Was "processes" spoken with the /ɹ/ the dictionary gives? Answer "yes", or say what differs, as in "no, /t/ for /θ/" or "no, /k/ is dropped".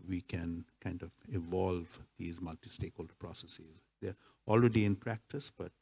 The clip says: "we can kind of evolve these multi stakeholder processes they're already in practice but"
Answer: yes